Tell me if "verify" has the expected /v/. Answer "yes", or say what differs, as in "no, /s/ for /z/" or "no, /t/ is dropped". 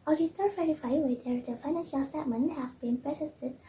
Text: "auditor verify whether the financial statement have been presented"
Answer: no, /f/ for /v/